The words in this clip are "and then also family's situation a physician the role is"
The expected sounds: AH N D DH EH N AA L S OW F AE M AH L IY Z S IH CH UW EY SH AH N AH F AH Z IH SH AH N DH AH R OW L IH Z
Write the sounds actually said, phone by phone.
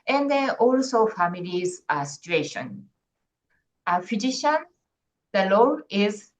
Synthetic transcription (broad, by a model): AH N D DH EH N AA L S OW F AE M AH L IY Z S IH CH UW EY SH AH N AH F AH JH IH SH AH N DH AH L OW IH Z